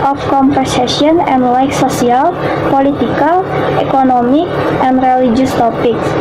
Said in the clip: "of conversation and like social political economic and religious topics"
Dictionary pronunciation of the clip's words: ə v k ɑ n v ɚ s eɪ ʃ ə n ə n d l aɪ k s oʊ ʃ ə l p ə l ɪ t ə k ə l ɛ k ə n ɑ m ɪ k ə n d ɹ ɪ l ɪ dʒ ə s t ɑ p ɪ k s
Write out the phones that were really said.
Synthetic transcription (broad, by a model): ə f k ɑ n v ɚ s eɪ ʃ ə n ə n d l aɪ k s oʊ s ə l p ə l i t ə k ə l ɛ k ə n ɑ m ɪ k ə n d ɹ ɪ l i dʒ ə s t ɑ p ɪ k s